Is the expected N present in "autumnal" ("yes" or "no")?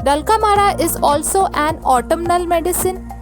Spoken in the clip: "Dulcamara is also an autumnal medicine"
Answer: yes